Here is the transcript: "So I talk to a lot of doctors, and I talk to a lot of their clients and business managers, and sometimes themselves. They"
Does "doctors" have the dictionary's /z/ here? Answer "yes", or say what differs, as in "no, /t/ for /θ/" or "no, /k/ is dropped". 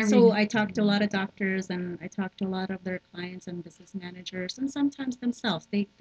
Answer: yes